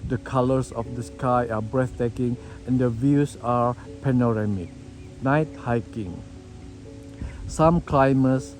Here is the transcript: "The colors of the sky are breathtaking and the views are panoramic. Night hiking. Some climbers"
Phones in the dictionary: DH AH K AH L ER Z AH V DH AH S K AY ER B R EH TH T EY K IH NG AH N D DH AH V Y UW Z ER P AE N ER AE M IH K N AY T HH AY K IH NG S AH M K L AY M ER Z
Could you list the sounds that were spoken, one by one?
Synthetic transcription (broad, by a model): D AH K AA L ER S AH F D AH S K AY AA B R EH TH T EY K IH NG AH N D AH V Y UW S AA P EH N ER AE M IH K N AY T HH AY K IH NG S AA M K L AY M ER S